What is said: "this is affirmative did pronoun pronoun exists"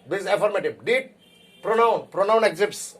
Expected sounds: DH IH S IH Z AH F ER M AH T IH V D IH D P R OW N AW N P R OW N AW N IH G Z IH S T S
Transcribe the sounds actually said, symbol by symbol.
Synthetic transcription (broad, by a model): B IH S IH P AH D M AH T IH B D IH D P R OW N AW N P R OW N AW N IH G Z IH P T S